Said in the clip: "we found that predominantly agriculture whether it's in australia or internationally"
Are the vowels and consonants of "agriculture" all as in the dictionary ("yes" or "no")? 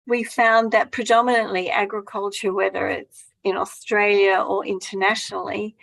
yes